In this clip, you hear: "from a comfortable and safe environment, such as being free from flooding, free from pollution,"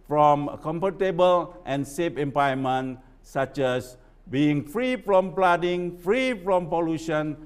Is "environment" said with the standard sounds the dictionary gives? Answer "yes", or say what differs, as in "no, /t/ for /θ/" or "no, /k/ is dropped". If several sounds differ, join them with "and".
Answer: no, /ɹ/ is dropped and /n/ is dropped